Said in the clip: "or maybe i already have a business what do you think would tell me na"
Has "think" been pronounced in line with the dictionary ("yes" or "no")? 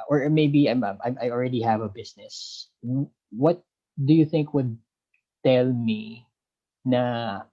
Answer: yes